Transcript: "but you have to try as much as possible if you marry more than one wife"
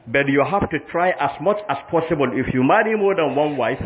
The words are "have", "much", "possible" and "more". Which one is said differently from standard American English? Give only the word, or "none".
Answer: have